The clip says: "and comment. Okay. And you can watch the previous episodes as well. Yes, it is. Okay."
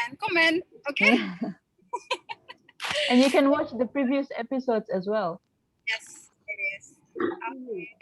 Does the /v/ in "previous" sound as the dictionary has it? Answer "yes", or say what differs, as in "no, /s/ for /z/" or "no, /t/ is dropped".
yes